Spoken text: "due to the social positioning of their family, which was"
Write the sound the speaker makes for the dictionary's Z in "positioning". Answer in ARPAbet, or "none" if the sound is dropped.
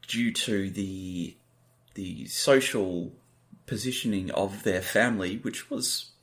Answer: Z